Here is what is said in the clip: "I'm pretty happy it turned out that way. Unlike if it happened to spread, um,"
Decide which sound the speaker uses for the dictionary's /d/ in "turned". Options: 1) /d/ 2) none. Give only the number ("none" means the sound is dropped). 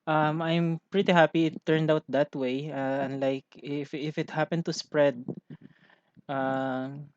1